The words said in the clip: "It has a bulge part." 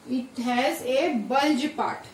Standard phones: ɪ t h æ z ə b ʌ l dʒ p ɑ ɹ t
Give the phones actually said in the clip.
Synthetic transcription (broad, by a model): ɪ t h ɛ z ə b ʌ l dʒ p ɑ t